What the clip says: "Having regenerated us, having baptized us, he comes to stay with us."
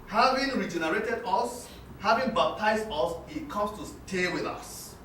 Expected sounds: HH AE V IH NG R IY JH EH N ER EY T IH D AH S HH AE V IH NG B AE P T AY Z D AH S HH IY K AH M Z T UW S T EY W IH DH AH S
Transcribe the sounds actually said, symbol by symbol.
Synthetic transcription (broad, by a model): HH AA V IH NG R IY JH EH N ER EY T IH D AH S HH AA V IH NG B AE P T AY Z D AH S HH IY K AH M S T UW S T EY W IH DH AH S